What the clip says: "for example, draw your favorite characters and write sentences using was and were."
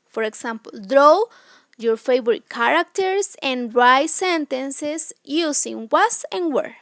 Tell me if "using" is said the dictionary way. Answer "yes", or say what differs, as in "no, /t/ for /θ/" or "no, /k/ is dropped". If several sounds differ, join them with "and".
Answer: no, /s/ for /z/